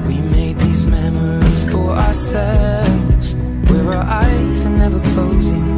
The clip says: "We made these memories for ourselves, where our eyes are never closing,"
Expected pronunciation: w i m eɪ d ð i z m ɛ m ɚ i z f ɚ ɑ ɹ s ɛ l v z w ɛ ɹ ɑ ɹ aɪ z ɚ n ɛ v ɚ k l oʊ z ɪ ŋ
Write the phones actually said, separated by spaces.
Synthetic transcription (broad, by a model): w i m eɪ d ð i z m ɛ m ɚ i z f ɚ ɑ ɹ s ɛ l v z w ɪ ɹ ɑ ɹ aɪ z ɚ n ɛ v ɚ k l oʊ z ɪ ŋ